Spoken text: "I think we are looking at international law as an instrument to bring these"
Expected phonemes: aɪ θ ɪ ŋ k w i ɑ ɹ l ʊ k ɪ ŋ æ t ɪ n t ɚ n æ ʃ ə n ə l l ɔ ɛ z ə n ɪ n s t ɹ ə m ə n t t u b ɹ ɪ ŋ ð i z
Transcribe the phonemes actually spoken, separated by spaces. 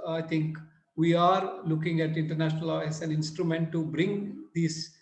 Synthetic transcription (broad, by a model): aɪ t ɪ ŋ k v i ɑ ɹ l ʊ k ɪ ŋ æ t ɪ n t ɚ n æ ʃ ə n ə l l ɔ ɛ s ə n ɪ n s t ɹ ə m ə n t t u b ɹ ɪ ŋ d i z